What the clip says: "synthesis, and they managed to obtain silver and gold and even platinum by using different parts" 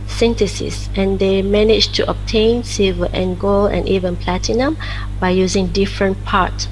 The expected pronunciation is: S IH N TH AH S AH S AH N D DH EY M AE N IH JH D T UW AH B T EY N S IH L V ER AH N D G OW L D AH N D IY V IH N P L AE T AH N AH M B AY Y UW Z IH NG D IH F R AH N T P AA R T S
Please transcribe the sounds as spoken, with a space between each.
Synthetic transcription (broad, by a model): S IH N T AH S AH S AH N D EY M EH N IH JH T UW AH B T EY N S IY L V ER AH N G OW L AH N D IY V IH N P L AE T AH N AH M B AY Y UW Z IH NG D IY F R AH N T P AA T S